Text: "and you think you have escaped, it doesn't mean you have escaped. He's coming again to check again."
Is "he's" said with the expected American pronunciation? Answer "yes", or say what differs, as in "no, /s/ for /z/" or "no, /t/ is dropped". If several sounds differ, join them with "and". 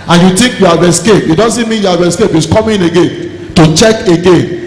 no, /s/ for /z/